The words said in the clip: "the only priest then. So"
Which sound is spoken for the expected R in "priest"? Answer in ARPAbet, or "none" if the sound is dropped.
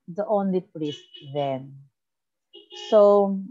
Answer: L